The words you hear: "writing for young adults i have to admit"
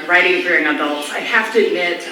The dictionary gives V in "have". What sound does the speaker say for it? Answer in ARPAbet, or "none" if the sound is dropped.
F